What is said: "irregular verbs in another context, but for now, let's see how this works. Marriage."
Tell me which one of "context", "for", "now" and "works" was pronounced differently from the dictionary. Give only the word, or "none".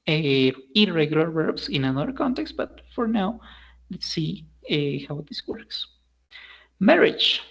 none